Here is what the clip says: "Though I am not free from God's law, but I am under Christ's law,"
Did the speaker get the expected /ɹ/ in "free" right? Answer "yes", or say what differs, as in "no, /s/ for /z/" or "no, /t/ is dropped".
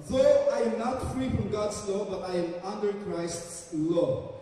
yes